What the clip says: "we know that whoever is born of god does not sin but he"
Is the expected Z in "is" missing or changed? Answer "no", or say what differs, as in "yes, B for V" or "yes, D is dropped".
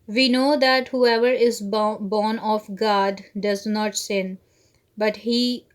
no